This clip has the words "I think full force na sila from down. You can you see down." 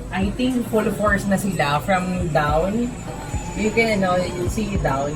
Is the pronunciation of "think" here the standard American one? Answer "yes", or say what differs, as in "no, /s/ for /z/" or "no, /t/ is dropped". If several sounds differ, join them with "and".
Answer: no, /t/ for /θ/